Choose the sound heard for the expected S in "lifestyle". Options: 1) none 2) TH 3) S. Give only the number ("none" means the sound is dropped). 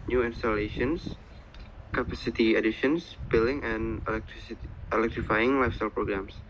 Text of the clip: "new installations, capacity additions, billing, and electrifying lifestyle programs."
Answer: 3